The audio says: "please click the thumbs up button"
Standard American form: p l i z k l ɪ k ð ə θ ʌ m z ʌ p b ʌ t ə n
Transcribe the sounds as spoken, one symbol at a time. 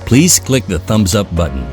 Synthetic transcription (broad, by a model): p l i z k l ɪ k ð ə θ ʌ m z ʌ p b ʌ t n